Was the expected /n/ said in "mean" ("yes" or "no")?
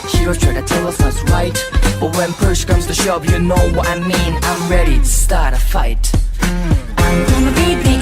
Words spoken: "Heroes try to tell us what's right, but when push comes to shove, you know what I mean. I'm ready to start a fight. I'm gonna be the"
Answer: yes